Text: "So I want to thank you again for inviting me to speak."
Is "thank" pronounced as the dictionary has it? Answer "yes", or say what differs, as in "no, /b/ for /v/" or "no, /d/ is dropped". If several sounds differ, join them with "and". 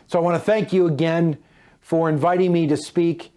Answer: yes